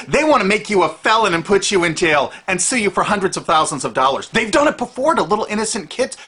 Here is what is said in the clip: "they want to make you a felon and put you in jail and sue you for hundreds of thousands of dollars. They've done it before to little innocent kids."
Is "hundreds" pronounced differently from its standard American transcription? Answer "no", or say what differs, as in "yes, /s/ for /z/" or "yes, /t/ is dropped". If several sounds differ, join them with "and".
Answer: no